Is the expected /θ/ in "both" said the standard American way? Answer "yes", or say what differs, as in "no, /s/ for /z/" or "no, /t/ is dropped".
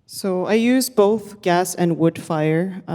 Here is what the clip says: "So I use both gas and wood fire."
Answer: yes